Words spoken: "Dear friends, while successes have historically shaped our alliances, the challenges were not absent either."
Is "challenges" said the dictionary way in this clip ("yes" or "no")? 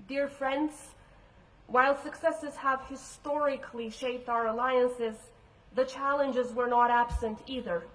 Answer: yes